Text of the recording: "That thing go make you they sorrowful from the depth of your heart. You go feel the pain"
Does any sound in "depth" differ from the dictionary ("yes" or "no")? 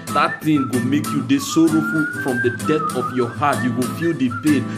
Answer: yes